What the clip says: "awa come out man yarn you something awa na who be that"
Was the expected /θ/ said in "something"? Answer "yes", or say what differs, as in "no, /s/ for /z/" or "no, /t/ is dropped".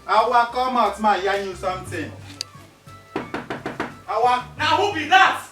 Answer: no, /t/ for /θ/